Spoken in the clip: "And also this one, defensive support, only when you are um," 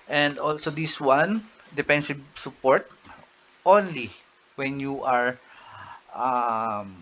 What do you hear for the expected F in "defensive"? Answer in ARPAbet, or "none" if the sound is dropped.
P